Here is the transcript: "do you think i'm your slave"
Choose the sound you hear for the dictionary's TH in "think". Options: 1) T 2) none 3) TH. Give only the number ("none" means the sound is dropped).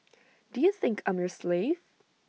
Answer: 3